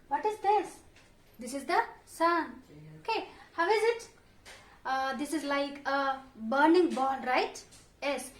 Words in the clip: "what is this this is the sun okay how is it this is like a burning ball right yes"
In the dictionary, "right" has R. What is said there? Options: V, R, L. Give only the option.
R